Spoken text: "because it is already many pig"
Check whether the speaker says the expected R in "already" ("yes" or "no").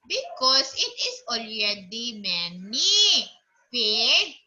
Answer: yes